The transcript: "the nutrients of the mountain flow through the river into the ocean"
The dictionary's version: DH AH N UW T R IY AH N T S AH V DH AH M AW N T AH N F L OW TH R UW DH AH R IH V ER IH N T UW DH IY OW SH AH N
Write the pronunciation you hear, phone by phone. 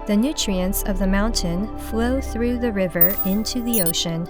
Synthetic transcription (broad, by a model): DH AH N UW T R IY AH N T S AH V DH AH M AW N T AH N F L OW TH R UW DH AH R IH V ER IH N T UW DH IY OW SH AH N